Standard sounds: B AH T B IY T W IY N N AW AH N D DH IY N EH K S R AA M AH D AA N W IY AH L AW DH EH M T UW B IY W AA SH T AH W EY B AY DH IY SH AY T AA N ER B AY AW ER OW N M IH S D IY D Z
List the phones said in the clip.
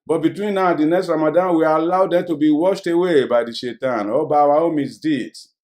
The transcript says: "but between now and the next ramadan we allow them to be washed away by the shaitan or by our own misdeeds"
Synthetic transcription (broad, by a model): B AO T B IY T W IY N N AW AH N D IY N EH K S R AA M AH D AA N W IY AH L AW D EH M T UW B IY W AA SH T AH W EY B AY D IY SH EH T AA N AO B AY AW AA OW M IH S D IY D